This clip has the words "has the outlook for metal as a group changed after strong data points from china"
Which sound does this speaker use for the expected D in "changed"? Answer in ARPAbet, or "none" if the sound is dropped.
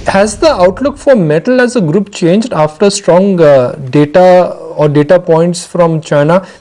D